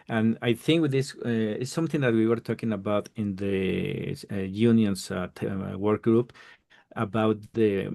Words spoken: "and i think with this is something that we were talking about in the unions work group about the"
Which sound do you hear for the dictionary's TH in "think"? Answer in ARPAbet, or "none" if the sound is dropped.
TH